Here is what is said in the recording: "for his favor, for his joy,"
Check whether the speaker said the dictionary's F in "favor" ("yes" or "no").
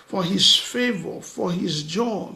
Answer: yes